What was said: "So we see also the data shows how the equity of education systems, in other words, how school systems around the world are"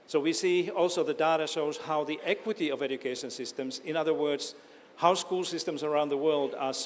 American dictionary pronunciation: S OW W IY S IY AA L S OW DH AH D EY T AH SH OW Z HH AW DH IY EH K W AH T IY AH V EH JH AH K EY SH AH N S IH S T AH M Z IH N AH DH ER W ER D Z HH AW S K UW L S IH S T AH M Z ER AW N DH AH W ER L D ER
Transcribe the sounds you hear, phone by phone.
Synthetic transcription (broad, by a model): S OW W IY S IY AA L S OW DH AH D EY T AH SH OW Z HH AW DH IY EH K W AH T IY AH V EH JH AH K EY SH AH N S IH S T AH M Z IH N AH DH ER W ER D Z HH AW S K UW L S IH S T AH M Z ER AW N DH AH W ER L D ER